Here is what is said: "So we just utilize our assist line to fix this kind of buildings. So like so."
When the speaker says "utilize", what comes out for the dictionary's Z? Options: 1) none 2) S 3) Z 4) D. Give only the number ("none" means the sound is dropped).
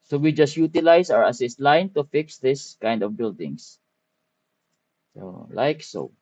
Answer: 2